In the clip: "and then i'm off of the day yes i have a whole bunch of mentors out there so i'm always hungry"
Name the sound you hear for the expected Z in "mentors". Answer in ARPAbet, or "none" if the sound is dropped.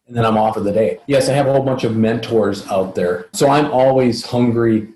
Z